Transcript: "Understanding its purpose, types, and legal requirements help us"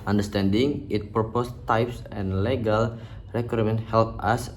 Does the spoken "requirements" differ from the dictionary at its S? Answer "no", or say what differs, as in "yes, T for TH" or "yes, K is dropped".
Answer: yes, S is dropped